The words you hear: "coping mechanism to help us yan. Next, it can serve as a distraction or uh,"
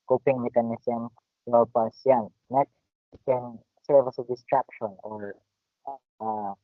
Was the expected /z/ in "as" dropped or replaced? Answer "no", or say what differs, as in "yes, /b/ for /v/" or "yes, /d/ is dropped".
yes, /s/ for /z/